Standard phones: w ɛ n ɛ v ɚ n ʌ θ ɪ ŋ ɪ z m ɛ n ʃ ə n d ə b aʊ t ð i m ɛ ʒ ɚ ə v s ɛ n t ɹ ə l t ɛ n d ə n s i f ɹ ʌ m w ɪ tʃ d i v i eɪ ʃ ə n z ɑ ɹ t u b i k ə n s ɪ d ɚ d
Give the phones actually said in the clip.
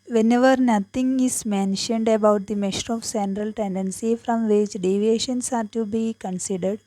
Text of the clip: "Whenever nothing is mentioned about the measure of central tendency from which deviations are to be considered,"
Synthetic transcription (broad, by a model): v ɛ n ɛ v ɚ n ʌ t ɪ ŋ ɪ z m ɛ n ʃ ə n d ə b aʊ t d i m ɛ ʃ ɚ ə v s ɛ n t ɹ ə l t ɛ n d ə n s i f ɹ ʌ m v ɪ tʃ d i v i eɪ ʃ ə n s ɑ ɹ t u b i k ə n s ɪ d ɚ d